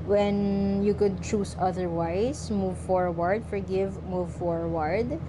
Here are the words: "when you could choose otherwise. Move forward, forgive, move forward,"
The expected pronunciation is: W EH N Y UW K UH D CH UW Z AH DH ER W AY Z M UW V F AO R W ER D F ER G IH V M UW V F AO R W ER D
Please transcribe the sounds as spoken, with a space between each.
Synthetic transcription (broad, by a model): W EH N Y UW K UH D CH UW S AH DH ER W AY S M UW V F AO R W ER D F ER G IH V M UW V F AO R W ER D